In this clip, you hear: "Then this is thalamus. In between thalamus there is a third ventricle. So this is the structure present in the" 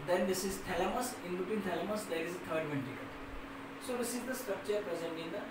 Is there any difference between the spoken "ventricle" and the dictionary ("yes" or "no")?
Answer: yes